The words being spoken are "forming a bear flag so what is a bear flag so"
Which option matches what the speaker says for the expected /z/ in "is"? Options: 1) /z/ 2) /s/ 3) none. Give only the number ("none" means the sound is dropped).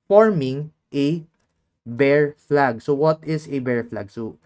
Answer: 2